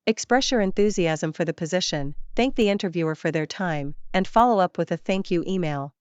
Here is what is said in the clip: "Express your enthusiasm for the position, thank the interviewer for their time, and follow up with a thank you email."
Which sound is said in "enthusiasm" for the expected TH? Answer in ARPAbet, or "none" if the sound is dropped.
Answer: TH